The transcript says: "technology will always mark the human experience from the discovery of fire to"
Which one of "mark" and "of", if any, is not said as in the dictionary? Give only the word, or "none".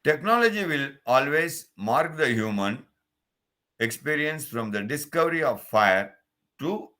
none